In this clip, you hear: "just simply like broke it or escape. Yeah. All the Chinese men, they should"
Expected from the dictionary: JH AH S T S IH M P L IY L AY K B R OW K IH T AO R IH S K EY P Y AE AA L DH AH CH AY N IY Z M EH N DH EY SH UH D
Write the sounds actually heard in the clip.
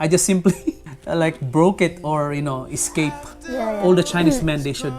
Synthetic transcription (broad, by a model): JH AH S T S IH M P L IY L AY K B R OW K IH T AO R IH S K EY P AA L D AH CH AY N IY S M EH N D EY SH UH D